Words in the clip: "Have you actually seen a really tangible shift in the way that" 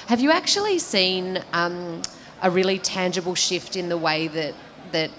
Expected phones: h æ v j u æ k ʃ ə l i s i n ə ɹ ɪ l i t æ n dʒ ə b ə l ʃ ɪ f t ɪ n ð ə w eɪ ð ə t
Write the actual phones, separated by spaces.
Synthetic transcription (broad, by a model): h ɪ v j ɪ æ k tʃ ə l i s i n ə ɹ ɪ l i t æ n dʒ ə b l ʃ ɪ f t ɪ n ð ə w eɪ ð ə t